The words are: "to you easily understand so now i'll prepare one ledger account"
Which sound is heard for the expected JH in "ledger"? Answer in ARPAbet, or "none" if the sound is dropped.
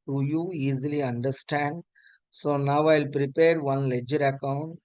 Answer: JH